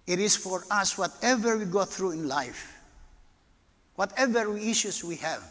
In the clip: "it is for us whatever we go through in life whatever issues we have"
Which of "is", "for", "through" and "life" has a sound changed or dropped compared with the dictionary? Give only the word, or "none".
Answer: is